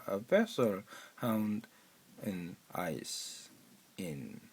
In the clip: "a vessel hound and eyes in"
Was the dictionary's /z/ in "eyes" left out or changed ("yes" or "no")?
yes